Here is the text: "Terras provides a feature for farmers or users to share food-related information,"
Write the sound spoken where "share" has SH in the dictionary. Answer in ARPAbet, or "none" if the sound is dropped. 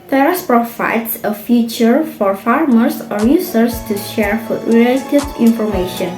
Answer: SH